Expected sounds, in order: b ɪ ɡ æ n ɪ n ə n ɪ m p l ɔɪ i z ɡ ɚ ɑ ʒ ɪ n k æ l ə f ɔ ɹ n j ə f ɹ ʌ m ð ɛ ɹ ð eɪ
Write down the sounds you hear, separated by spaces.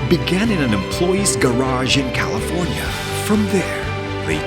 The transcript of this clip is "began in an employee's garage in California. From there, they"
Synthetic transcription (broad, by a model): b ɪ ɡ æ n ɪ n ə n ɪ m p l ɔɪ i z ɡ ɚ ɑ ʒ ɪ n k æ l ə f ɔ ɹ n j ə f ɹ ʌ m ð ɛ ɹ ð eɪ